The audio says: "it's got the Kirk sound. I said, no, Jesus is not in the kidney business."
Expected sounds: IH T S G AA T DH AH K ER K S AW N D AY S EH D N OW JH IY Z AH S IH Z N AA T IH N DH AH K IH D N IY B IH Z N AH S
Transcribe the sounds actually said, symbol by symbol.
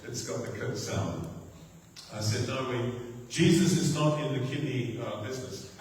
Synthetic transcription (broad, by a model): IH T S G AA T DH AH K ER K S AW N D AY S EH D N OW JH IY Z AH S IH Z N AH T IH N DH AH K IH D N IY B IH Z N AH S